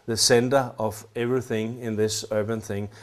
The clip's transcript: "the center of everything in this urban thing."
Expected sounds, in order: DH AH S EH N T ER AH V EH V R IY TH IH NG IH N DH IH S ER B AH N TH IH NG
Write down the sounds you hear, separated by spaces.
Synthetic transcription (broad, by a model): DH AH S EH N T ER AH V EH V R IY TH IH NG IH N DH IH S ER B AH N TH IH NG